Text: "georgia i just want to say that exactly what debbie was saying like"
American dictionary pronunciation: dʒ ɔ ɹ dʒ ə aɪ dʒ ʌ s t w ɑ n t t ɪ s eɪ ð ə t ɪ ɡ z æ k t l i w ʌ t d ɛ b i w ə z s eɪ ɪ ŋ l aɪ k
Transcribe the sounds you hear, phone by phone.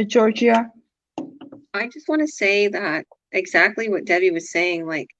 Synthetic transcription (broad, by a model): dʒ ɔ ɹ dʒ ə aɪ dʒ ʌ s t w ɑ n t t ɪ s eɪ ð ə t ɪ ɡ z æ k t l i w ʌ t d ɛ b i w ə z s eɪ ɪ ŋ l aɪ k